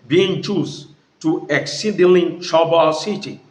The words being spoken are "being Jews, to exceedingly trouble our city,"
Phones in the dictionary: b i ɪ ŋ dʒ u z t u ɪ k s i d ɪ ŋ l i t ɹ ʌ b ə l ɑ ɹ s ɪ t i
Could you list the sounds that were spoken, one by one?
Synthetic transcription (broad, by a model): b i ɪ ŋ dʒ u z t u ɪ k s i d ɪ l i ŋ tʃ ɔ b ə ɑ s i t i